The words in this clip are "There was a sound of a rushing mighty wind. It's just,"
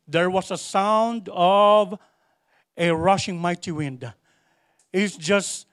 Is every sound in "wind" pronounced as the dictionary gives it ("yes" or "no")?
yes